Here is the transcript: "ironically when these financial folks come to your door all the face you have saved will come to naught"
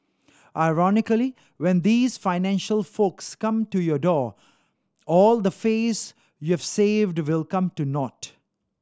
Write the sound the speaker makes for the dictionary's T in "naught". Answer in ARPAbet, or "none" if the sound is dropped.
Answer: T